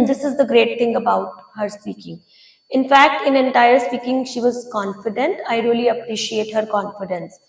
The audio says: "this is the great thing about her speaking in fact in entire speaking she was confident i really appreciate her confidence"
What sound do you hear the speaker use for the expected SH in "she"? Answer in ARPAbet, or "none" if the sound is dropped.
SH